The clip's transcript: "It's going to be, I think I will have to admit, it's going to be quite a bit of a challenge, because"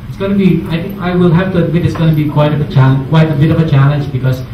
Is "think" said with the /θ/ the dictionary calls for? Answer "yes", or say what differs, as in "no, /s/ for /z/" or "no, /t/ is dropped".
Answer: no, /t/ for /θ/